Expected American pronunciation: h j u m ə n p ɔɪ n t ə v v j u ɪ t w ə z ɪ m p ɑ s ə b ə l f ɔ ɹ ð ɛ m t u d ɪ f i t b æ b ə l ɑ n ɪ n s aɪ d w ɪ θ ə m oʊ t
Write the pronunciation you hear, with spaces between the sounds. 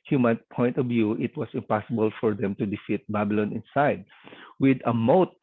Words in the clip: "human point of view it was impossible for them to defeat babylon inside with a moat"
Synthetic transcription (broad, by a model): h j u m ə n p ɔɪ n t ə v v j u ɪ t w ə s ɪ m p ɑ s ə b ə l f ɔ ɹ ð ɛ m t u d ɪ f i t b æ b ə l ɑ n ɪ n s aɪ d w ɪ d ə m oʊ t